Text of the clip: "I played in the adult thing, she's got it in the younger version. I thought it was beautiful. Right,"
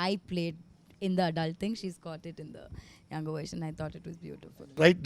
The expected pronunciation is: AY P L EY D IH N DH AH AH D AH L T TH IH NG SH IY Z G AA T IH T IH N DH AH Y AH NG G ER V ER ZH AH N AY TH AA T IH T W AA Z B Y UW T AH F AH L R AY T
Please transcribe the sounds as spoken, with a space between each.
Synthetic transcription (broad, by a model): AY P L EY D IH N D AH AH D AH L T T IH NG SH IY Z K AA T IH T IH N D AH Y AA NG G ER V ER SH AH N AY T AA T IH T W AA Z B Y UW T AH F AH L R AY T